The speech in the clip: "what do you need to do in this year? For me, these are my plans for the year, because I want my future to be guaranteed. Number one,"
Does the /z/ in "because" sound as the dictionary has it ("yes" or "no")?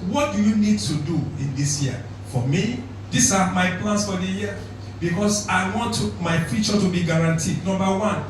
no